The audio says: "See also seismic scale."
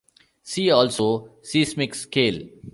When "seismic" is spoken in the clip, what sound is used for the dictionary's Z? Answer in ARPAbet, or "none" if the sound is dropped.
S